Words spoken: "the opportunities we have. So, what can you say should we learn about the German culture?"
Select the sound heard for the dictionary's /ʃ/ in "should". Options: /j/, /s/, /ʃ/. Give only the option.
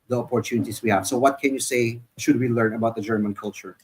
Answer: /ʃ/